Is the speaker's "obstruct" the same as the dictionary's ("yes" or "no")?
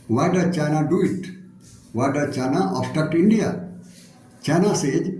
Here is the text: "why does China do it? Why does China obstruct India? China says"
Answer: no